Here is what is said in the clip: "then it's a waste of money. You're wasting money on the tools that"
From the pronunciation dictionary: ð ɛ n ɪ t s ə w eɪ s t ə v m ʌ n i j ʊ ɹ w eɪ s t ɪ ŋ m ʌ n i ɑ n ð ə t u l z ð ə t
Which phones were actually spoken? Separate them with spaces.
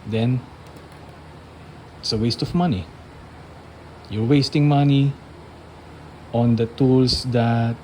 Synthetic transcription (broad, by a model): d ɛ n ɪ t s ə w eɪ s t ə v m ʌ n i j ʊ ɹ w eɪ s t ɪ ŋ m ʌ n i ɑ n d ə t u l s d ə t